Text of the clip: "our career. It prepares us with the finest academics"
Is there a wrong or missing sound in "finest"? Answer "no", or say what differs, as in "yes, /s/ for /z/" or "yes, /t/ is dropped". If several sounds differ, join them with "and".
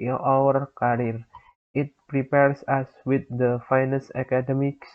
yes, /t/ is dropped